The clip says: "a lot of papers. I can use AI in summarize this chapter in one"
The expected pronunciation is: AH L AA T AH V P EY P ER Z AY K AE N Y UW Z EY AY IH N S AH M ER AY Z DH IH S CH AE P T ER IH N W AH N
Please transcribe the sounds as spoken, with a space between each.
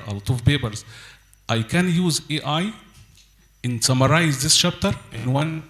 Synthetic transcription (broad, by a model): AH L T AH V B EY B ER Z AY K AE N Y UW Z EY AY IH N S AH M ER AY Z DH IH S SH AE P T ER IH N W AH N